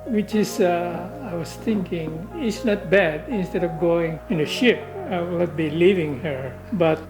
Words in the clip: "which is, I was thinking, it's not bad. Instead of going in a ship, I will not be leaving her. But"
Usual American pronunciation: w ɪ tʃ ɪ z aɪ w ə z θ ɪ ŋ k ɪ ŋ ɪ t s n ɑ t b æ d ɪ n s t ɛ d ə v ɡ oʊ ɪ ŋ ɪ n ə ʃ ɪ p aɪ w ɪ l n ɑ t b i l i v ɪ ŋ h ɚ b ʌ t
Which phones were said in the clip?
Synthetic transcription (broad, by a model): w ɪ tʃ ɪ s aɪ w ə s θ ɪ ŋ k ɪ ŋ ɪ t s n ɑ t b æ d ɪ n s t ɛ d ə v ɡ oʊ ɪ ŋ ɪ n ə ʃ ɪ p aɪ w ɪ l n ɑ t b i l i v ɪ ŋ h ɚ b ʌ t